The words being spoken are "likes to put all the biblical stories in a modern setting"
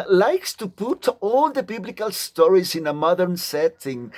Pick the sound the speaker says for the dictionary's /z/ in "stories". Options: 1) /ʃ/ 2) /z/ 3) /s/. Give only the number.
2